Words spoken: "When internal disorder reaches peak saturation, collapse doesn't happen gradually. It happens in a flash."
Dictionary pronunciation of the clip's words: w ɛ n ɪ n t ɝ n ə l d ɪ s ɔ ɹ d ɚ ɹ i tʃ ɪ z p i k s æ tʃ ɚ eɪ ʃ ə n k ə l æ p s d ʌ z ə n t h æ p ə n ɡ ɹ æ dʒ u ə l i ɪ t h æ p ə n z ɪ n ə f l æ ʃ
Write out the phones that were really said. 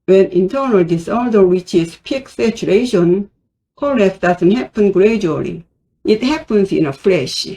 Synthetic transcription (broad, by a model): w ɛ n ɪ n t ɝ n ə l d ɪ s ɔ ɹ d ɚ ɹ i tʃ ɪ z p i k s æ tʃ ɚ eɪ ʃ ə n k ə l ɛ s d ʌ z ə n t h æ p ə n ɡ ɹ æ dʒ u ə l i ɪ t h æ p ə n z ɪ n ə f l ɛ ʃ